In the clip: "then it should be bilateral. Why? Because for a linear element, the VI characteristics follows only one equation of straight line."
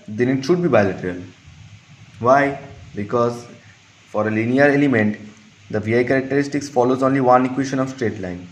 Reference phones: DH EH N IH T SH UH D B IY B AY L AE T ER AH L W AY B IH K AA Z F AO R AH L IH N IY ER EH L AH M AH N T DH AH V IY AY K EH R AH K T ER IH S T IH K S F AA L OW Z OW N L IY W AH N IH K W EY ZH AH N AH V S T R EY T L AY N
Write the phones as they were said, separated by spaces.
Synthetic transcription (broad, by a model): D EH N IH T SH UH D B IY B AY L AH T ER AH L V AY B IH K AA Z F AO R AH L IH N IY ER EH L AH M AH N T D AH V IY AY K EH R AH K T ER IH S T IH K S F AA L OW Z OW N L IY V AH N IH K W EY SH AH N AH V S T R EY T L AY N